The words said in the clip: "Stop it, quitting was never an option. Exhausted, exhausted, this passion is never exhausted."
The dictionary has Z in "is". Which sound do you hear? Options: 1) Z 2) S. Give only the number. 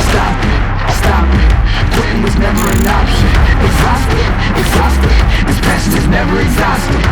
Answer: 1